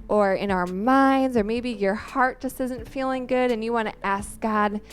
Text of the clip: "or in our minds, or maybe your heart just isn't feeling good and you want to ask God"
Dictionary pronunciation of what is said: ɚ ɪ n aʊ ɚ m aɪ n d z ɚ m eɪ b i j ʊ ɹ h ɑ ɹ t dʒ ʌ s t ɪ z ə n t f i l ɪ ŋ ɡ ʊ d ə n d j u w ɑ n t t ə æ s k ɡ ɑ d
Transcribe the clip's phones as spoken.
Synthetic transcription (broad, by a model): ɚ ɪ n aʊ ɚ m aɪ n d z ɚ m eɪ b i j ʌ ɹ h ɑ ɹ t dʒ ʌ s t ɪ z ə n t f i l ɪ ŋ ɡ ʊ d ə n j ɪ w ɑ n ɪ t æ s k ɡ ɑ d